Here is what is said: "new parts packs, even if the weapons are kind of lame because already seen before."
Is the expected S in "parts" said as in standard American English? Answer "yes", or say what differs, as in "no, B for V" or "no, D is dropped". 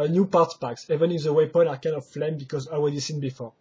no, S is dropped